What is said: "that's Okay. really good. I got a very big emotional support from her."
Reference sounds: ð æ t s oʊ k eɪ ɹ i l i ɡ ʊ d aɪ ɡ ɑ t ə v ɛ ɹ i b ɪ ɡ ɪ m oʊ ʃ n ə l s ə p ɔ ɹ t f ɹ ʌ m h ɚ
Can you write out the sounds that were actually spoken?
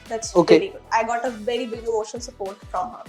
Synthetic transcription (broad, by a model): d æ t s oʊ k eɪ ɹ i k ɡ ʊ aɪ ɡ ɑ t ə v ɛ ɹ i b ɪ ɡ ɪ oʊ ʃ ə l s ə p ɔ ɹ t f ɹ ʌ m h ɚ